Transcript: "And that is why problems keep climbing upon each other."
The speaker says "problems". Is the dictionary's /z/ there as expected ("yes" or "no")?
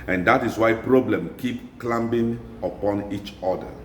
no